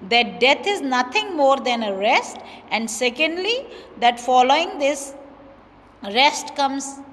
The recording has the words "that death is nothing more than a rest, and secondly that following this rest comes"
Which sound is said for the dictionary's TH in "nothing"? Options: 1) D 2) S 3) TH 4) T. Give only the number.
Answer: 4